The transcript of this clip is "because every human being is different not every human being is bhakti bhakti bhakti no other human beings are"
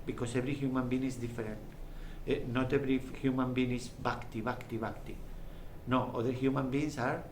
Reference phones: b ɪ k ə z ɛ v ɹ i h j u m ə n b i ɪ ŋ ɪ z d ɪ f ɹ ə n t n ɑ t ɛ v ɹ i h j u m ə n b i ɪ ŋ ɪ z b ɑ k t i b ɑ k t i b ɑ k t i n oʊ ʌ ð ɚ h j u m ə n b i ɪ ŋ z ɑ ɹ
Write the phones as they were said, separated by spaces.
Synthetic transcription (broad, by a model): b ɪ k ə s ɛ b ɹ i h j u m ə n b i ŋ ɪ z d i f ɹ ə n t n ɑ t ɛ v ɹ i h j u m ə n b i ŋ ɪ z b ɑ k t i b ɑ k t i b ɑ k t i n oʊ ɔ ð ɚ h j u m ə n b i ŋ s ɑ ɹ